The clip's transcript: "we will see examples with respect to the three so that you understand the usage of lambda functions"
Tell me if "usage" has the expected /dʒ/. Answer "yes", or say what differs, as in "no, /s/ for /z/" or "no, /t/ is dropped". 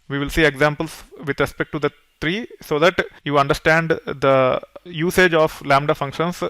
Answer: yes